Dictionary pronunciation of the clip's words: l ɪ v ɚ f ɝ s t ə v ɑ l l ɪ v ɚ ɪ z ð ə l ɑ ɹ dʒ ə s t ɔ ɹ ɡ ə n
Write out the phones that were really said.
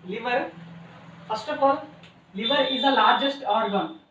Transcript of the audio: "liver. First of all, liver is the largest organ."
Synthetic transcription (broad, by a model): l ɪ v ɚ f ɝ s t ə p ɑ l l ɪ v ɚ ɪ z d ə l ɑ ɹ dʒ ə s t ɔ ɹ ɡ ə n